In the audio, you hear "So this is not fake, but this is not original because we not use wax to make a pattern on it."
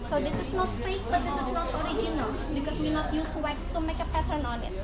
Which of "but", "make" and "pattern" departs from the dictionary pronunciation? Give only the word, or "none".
none